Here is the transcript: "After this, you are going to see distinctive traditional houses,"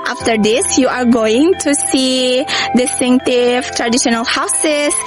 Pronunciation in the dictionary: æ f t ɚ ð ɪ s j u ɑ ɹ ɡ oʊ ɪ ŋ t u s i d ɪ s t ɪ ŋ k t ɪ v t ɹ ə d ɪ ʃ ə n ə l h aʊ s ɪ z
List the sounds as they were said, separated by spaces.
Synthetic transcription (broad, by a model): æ f t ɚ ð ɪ s j u ɑ ɹ ɡ oʊ ɪ ŋ t u s i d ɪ s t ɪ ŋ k t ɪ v t ɹ ə d ɪ ʃ ə n ə l h aʊ s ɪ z